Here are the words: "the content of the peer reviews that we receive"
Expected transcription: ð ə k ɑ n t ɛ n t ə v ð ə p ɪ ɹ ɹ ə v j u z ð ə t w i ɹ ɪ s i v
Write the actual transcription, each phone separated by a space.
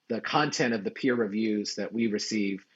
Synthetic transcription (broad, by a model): ð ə k ɑ n t ɛ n t ə v ð ə p ɪ ɹ ɹ ə v j u z ð ə t w i ɹ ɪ s i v